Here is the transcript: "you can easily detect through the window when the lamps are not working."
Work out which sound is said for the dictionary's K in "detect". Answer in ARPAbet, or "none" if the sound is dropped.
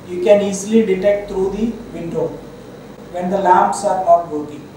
K